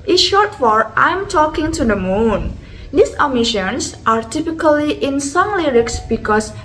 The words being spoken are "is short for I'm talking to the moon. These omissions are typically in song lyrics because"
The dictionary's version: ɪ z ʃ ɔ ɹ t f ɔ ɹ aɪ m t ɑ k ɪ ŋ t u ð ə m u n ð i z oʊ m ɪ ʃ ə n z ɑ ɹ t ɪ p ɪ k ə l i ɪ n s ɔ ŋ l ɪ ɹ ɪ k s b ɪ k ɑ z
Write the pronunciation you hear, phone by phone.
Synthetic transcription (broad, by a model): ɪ ʃ ɔ ɹ t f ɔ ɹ aɪ m t ɑ k ɪ ŋ t u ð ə m u n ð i s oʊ m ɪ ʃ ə n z ɑ ɹ t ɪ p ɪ k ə l i ɪ n s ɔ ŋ l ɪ ɹ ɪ k s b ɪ k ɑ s